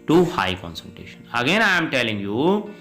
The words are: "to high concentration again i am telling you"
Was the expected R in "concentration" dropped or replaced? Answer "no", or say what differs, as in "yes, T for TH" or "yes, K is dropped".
yes, R is dropped